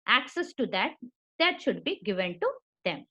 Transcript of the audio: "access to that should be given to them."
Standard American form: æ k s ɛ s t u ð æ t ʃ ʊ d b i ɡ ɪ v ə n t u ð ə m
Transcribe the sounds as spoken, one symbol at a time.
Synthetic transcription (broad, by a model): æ k s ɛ s t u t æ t ʃ ʊ d b i ɡ ɪ v ə n t u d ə m